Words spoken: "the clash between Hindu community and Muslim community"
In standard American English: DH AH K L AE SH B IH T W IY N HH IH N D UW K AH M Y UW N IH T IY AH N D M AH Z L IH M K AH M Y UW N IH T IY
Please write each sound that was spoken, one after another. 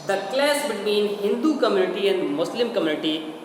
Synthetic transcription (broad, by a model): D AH K L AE S B IH T W IY N HH IH N D UW K AH M Y UW N IH T IY AH N D M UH S L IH M K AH M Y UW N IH T IY